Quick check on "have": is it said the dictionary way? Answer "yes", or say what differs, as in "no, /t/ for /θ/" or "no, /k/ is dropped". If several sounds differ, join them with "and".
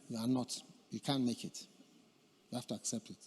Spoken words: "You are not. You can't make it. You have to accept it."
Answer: no, /f/ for /v/